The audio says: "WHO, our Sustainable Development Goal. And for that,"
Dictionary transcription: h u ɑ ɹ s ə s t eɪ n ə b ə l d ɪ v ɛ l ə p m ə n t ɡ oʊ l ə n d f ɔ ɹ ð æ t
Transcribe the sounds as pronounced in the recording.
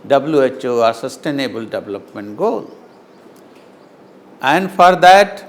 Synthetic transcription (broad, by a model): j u ɑ ɹ s ə s t eɪ n ə b ə l d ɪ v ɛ l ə p m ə n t ɡ oʊ l ə n d f ɔ ɹ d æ t